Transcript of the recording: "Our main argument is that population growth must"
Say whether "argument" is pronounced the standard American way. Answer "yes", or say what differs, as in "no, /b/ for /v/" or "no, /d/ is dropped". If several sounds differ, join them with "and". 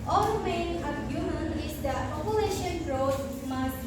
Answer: no, /t/ is dropped